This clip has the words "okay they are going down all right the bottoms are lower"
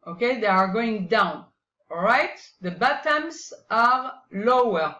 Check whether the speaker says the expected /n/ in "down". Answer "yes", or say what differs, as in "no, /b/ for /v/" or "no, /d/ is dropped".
yes